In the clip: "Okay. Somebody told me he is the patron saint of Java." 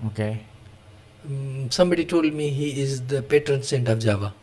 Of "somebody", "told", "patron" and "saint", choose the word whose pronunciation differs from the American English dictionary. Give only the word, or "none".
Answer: none